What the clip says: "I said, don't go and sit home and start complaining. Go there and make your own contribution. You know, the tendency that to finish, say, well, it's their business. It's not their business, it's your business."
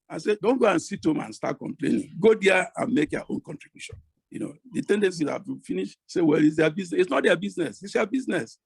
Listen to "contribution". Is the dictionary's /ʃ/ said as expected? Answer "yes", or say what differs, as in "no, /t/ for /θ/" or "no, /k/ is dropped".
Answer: yes